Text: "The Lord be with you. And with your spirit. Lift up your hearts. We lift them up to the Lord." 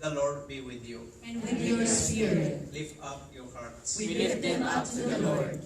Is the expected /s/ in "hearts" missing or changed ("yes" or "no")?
yes